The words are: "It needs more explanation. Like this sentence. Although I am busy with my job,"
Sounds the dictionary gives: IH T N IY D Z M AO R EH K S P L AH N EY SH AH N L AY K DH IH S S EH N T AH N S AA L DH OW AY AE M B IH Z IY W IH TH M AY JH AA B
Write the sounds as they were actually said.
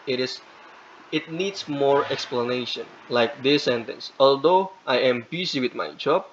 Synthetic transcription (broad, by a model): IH T N IY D S M AO R EH K S P L AH N EY SH AH N L AY K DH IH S S EH N T AH N S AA L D OW AY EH M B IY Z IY W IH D M AY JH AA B